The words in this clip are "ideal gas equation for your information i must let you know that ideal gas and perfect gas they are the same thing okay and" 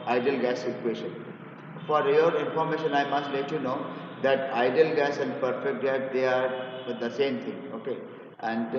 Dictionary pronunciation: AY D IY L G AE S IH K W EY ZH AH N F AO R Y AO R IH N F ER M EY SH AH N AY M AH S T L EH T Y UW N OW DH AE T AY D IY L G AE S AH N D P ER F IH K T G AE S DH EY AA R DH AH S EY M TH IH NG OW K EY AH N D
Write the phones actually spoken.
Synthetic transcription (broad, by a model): AY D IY L G AE S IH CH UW EY SH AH N F AO R Y AO R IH N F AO M EY SH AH N AY M AH S T L EH T Y UW N OW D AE T AY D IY L G AE S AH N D P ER F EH K T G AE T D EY AA R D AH S EY M T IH NG OW K EY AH N D